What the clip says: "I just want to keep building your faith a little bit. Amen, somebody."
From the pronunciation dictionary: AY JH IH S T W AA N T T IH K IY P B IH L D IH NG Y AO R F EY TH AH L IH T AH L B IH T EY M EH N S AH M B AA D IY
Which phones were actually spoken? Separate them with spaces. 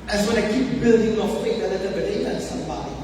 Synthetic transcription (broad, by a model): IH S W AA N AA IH K IY P B IH L D IH NG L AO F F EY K AH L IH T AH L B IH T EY EH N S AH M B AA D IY